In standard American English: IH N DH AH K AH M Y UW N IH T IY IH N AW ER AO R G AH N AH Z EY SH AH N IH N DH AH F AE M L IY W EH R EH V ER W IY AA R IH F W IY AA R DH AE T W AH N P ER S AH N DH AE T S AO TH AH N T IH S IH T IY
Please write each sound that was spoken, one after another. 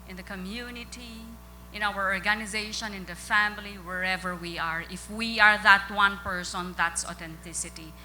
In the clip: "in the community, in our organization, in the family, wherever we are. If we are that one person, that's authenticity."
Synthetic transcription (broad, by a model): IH N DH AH K AH M Y UW N IH T IY IH N AW ER AO R G AH N AH Z EY SH AH N IH N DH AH F AE M L IY W EH R EH V ER W IY AA R IH F W IY AA R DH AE T W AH N P ER S AH N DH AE T S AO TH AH N T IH S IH T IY